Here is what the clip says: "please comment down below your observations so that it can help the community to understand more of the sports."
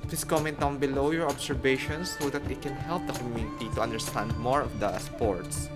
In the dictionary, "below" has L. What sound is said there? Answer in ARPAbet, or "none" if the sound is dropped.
L